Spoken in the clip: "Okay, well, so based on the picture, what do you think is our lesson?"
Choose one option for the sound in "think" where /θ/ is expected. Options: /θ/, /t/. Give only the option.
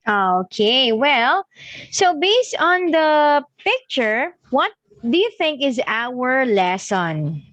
/θ/